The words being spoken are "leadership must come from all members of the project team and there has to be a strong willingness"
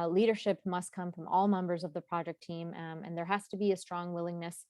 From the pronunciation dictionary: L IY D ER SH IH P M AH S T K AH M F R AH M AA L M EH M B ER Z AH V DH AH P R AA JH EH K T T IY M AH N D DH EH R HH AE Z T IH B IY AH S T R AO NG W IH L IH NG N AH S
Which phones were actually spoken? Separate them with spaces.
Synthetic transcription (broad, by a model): L IY D ER SH IH P M AH S T K AH M F R AH M AA L M EH M B ER Z AH V DH AH P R AA JH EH K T T IY M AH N DH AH R HH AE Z T IH B IY AH S T R AO NG W IH L IH NG N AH S